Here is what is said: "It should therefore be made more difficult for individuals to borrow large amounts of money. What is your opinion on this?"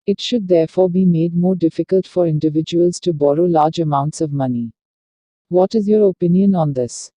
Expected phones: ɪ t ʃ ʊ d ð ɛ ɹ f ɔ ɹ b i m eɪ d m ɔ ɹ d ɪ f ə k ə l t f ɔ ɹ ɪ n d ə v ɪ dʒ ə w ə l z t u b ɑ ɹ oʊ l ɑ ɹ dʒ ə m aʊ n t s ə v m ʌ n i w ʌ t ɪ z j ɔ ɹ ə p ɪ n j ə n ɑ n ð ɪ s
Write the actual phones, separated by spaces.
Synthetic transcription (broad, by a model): ɪ t ʃ ʊ d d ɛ ɹ f ɔ ɹ b i m eɪ d m ɔ ɹ d ɪ f ə k ə l t f ɔ ɹ ɪ n d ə v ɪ dʒ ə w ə l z t u b ɑ ɹ oʊ l ɑ ɹ dʒ ə m aʊ n t s ə v m ʌ n i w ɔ t ɪ z j ɔ ɹ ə p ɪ n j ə n ɑ n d ɪ s